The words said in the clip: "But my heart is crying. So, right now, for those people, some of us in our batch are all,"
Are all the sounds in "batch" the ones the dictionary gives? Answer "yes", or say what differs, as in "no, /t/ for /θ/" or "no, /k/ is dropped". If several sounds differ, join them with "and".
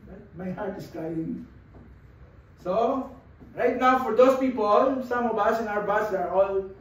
no, /s/ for /tʃ/